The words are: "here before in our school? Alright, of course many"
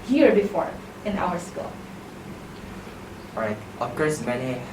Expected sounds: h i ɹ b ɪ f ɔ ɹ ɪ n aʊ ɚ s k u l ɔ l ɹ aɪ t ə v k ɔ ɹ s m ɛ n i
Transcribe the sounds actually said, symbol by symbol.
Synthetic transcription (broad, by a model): h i ɹ b ɪ f ɔ ɹ ɪ n aʊ ɚ s k u l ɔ ɹ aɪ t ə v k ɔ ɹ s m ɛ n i